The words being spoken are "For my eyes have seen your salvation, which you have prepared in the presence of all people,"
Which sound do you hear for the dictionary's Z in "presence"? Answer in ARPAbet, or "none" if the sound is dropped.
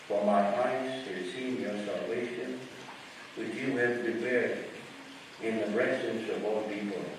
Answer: S